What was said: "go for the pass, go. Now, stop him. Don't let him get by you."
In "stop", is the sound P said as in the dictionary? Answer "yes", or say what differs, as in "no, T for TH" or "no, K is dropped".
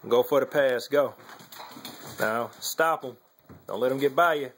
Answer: yes